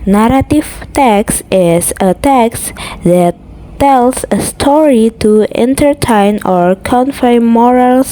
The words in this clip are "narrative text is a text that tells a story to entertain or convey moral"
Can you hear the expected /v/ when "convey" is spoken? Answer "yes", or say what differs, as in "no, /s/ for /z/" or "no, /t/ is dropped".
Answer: no, /f/ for /v/